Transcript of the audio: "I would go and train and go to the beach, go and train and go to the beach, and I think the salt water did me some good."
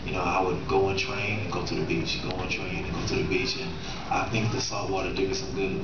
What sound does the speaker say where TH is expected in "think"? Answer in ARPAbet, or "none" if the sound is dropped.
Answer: TH